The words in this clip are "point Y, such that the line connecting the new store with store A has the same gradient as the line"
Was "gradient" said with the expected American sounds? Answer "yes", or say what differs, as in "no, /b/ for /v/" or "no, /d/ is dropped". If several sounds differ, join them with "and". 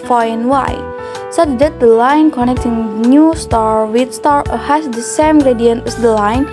yes